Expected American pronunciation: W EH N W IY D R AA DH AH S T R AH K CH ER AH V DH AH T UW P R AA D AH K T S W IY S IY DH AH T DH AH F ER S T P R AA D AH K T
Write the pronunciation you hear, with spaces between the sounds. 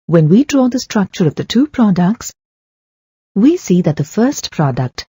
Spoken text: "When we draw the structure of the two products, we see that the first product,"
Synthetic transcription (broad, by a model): W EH N W IY D R AA DH AH S T R AH K CH ER AH V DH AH T UW P R AA D AH K T S W IY S IY DH AH T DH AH F ER S T P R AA D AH K T